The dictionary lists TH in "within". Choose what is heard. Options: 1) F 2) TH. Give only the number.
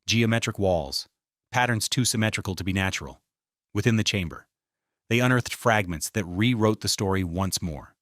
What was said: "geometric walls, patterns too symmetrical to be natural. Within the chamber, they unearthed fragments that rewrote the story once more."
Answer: 2